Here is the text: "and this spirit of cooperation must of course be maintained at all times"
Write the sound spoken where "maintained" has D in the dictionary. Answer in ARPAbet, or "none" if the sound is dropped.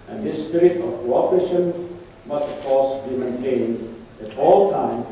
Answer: D